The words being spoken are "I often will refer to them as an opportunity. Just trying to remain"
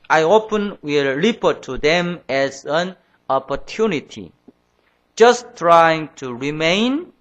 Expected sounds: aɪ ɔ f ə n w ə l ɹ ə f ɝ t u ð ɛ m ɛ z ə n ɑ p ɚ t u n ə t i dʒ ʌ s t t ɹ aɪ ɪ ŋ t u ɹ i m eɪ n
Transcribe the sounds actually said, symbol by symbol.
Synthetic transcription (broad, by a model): aɪ ɔ p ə n w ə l l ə p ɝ t u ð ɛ m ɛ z ə n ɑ p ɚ t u n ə t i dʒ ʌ s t t ɹ aɪ ɪ ŋ t u ɹ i m eɪ n